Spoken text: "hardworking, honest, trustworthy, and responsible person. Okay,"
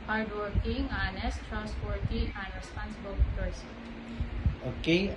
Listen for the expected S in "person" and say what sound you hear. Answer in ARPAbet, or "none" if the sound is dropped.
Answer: none